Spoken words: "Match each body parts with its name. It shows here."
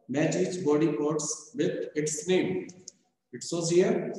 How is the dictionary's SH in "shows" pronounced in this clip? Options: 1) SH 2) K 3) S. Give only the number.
3